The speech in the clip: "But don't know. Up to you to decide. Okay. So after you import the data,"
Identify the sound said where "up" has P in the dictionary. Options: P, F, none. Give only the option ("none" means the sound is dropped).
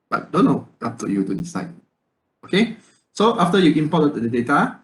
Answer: F